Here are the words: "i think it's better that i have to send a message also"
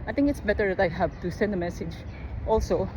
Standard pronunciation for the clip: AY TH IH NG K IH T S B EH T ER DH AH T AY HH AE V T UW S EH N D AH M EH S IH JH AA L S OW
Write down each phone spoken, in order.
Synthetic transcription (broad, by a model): AY T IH NG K IH T S B EH T ER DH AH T AY HH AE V T UW S EH N D AH M EH S IH JH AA L S OW